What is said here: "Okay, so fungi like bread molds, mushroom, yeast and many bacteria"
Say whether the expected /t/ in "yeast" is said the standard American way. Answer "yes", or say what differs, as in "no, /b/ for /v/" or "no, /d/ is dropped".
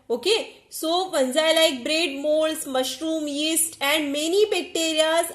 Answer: yes